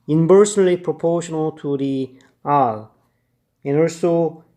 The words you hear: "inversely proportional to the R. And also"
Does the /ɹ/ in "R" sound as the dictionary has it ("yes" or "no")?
no